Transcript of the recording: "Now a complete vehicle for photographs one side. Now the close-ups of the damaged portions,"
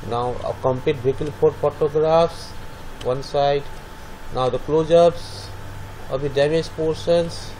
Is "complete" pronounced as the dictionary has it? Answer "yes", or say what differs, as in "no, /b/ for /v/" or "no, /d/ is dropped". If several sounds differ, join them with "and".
no, /l/ is dropped